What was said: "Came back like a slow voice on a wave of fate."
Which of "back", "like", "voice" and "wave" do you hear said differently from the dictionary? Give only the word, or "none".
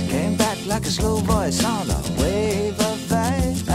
voice